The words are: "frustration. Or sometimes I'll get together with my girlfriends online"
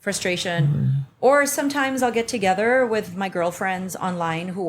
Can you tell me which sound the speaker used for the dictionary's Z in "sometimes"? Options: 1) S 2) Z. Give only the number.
2